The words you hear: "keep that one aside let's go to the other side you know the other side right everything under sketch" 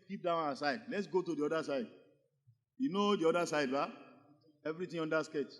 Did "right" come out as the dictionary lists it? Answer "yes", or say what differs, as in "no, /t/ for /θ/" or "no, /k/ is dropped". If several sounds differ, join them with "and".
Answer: no, /t/ is dropped